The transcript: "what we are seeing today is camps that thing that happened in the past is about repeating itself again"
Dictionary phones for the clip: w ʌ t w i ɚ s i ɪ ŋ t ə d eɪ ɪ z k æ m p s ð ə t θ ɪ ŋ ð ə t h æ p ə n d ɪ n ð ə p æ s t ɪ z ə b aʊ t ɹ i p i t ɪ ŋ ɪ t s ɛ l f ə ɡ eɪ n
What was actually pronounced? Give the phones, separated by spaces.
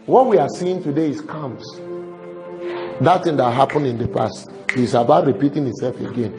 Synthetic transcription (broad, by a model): w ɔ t w i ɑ s i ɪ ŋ t ə d eɪ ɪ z k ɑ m s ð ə t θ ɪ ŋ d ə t h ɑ p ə n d ɪ n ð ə p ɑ s t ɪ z ə b aʊ t ɹ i p i t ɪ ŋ ɪ t s ɛ l f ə ɡ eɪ n